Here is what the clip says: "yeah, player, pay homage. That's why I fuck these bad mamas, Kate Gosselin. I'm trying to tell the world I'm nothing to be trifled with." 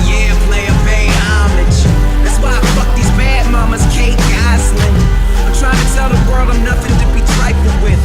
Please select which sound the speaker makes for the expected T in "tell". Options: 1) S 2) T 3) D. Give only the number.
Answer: 1